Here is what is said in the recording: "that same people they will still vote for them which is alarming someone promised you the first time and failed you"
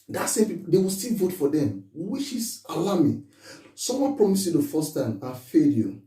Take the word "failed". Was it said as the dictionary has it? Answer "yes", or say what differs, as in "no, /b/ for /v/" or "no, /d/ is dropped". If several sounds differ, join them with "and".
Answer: no, /l/ is dropped